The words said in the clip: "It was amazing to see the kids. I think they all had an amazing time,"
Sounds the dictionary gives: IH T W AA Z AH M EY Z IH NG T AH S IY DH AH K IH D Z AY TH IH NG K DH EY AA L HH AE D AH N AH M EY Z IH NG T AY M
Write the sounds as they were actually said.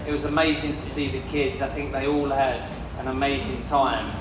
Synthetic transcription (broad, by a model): IH T W AA Z AH M EY Z IH NG T AH S IY DH AH K IH D Z AY TH IH NG K DH EY AA L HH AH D AH N AH M EY Z IH NG T AY M